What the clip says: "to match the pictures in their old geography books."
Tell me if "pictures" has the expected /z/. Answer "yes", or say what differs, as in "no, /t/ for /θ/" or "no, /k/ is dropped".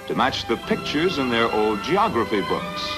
yes